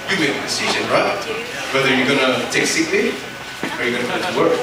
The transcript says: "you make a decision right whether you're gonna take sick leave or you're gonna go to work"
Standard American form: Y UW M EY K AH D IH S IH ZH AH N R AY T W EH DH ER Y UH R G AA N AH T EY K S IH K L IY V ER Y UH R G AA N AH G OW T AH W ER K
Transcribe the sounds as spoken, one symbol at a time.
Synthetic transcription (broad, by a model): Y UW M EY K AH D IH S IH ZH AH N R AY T W EH DH ER Y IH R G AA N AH T EY K S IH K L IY ER Y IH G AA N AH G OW T AH W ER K